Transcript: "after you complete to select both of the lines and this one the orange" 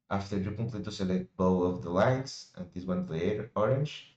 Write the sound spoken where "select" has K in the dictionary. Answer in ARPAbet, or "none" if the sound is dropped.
none